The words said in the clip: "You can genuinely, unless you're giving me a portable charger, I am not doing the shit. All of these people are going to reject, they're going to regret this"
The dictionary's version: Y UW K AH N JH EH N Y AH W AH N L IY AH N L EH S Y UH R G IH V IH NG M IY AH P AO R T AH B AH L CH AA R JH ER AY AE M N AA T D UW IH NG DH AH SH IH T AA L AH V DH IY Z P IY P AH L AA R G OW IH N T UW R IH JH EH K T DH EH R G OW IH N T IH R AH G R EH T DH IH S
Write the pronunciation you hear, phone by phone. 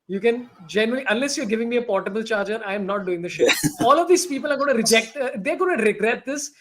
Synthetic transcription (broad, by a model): Y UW K AH N JH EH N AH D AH L IY AH N L EH S Y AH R G IH V IH NG M IY AH P AO R T AH B AH L CH AA R JH ER AY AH M N AA T D UW IH NG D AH SH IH AA L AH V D IY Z P IY P AH L AA R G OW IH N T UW R IH JH EH K T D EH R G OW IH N T IH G R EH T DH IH S